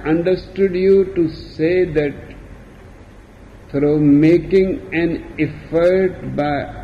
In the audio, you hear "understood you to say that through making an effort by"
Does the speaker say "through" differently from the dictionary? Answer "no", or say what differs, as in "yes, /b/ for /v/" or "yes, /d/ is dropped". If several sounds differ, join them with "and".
yes, /f/ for /θ/